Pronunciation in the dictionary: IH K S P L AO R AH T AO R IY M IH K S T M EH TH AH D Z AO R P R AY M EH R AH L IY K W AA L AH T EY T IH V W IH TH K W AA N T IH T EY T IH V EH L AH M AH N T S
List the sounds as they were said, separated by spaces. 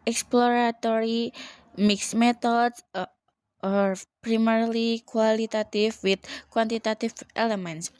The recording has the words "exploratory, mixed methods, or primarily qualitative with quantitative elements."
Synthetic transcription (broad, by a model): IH K S P L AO R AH T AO R IY M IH K S M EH T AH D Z AO R P R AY M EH R L IY K W AA L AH T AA T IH F W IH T K W AA N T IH T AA T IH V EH L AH M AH N T S